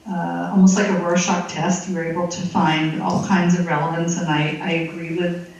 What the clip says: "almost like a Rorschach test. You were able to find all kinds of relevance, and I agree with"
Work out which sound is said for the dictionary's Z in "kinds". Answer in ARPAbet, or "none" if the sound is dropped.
Z